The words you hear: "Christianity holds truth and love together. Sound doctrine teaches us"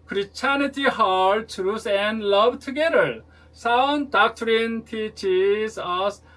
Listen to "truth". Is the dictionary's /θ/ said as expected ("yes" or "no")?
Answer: no